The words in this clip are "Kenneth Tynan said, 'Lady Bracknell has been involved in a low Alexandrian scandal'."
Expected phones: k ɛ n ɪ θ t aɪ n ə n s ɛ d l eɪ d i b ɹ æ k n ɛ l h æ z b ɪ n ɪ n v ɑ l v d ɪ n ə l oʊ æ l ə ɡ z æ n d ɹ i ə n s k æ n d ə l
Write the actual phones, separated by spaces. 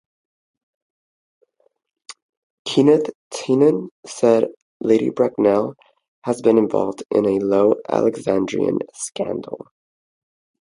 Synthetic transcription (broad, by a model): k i n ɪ t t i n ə n s ɛ d l eɪ d i b ɹ æ k n ɛ l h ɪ z b ɪ n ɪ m v ɑ l v d ɪ n ə l oʊ æ l ə ɡ z æ n d ɹ i ə n s k æ n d l